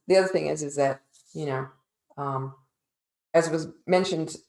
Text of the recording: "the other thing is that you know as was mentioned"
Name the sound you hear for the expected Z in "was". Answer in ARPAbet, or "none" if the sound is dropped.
Z